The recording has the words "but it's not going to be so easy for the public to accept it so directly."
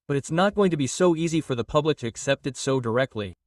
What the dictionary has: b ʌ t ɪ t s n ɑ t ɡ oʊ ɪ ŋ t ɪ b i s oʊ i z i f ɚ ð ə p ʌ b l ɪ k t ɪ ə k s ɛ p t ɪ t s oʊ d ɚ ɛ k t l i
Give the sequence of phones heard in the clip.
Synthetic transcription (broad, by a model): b ʌ t ɪ t s n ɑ t ɡ oʊ ɪ ŋ t ɪ b i s oʊ i z i f ɚ ð ə p ʌ b l ɪ k t ɪ ə k s ɛ p t ɪ t s oʊ d ɚ ɛ k t l i